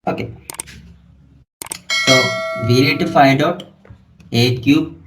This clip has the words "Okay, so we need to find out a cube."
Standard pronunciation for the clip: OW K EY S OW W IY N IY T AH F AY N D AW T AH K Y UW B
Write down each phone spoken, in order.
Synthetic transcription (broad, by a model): OW K EY S OW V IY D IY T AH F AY D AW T AH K Y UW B